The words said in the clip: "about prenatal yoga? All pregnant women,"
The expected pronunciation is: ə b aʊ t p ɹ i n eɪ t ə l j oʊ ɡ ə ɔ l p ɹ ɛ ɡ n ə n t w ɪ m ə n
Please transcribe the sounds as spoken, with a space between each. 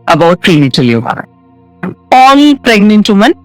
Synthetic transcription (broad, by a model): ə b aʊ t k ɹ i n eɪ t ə l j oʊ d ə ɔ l p ɹ ɛ ɡ n ə n t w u m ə n